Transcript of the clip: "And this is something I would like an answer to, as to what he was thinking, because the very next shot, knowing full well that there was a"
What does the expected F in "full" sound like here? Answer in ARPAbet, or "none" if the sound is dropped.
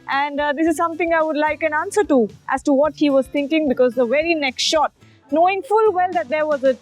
F